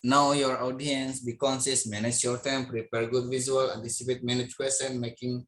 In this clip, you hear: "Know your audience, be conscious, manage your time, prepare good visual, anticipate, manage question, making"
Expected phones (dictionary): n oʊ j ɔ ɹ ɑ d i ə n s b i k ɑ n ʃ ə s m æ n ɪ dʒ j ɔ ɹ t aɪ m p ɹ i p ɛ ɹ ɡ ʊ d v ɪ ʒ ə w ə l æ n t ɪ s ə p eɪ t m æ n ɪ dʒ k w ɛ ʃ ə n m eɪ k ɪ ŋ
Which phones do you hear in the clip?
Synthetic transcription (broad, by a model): n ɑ j ɔ ɹ ɑ d i ə n s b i k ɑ n s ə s m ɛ n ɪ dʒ j ɔ ɹ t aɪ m p ɹ i p ɛ ɹ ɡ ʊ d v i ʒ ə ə l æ n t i s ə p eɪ t m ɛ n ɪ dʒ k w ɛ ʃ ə n m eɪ k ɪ ŋ